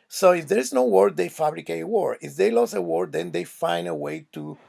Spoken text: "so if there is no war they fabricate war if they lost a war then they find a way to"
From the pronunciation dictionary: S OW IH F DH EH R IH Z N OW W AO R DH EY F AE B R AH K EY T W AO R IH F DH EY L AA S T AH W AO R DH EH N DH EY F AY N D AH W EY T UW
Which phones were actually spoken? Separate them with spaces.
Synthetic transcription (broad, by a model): S OW IH F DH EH R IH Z N OW W AO R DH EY F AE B R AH K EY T W AO R IH F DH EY L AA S AH W AO R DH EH N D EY F AY N D AH W EY T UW